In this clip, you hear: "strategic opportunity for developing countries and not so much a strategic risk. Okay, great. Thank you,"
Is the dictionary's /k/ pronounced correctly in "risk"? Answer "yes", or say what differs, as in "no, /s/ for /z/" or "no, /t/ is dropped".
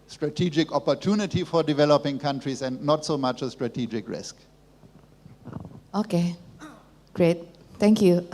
yes